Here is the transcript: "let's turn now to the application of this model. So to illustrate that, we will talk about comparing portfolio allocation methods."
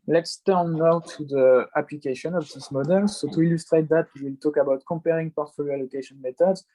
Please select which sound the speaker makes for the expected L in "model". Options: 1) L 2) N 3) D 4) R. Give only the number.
1